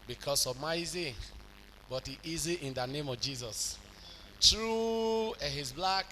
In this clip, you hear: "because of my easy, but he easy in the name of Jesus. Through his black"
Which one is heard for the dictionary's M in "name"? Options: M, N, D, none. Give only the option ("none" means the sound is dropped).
M